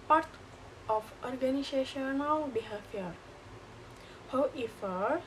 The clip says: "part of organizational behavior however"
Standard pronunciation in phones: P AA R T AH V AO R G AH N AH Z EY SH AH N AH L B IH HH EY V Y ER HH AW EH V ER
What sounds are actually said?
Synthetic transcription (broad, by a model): P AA R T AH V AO R G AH N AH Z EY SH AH N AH W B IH HH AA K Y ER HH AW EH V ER